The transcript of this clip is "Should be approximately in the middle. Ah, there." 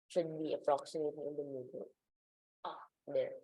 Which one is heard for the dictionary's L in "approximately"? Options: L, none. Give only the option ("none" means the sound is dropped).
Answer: none